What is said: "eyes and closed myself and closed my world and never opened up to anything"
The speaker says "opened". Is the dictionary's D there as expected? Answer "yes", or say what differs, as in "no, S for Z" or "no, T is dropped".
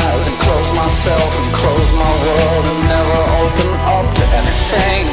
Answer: no, D is dropped